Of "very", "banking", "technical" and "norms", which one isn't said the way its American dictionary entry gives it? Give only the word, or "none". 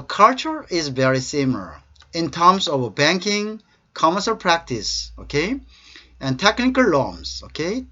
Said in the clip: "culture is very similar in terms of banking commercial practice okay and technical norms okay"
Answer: norms